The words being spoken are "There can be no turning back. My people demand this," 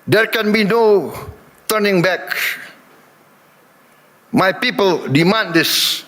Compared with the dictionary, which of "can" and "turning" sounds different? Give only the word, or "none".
none